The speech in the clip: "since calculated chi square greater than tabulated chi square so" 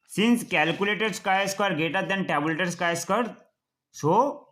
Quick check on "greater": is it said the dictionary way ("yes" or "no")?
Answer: no